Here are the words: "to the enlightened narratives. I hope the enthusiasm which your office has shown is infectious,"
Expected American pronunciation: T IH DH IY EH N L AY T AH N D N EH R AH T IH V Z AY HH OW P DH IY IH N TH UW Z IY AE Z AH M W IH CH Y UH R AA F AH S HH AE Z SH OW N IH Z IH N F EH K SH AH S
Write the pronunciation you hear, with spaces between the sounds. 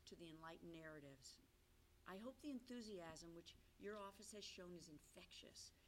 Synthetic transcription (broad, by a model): T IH DH IY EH N L AY T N N EH R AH T IH V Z AY HH OW P DH IY IH N TH UW Z IY AE Z AH M W IH CH Y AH R AA F AH S HH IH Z SH OW N IH Z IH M F EH K SH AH S